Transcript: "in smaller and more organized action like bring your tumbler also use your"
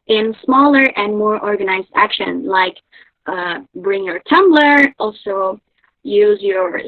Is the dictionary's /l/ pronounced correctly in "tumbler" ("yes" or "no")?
yes